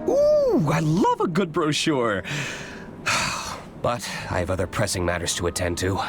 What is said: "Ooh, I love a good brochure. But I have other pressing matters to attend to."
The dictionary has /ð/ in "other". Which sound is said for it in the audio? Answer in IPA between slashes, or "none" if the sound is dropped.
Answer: /ð/